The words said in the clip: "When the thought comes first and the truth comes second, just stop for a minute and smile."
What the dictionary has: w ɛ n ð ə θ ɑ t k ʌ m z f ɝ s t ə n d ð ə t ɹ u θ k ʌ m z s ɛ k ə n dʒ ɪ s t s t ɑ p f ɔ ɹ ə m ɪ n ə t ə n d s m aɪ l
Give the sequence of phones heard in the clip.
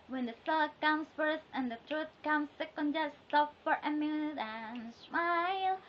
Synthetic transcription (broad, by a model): w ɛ n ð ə s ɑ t k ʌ m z f ɝ s t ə n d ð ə t ɹ u θ k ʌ m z s ɛ k ə n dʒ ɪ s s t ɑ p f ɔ ɹ ə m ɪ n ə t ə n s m aɪ l